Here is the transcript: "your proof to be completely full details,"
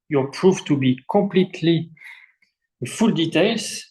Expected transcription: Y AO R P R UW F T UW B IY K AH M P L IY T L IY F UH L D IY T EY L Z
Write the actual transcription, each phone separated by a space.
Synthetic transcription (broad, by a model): Y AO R P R UW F T UW B IY K AH M P L IY T L IY F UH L D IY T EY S